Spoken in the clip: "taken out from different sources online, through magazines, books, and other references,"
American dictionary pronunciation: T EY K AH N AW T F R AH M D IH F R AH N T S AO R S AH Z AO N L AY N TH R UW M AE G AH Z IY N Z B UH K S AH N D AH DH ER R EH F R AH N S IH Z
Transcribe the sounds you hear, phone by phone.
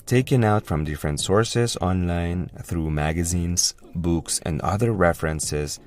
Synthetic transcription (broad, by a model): T EY K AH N AW T F R AH M D IH F R AH N T S AO R S AH Z AO N L AY N TH R UW M AE G AH Z IY N Z B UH K S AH N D AH DH ER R EH F R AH N S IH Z